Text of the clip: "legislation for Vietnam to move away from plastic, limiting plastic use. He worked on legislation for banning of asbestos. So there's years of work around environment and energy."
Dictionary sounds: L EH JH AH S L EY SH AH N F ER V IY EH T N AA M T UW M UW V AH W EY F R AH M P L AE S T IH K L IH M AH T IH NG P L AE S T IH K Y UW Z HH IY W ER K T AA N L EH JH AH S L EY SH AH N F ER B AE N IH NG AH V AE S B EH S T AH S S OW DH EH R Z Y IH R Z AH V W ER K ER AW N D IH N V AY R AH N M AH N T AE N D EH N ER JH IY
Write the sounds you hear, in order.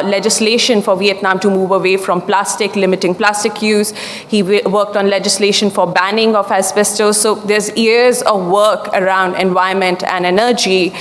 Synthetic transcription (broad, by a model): L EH JH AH S L EY SH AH N F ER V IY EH T N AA M T UW M UW V AH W EY F R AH M P L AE S T IH K L IH M AH T IH NG P L AE S T IH K Y UW Z HH IY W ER K T AA N L EH JH AH S L EY SH AH N F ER B AE N IH NG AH F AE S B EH S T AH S S OW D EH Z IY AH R Z AH V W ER K ER AW N D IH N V AY AH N M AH N T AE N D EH N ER JH IY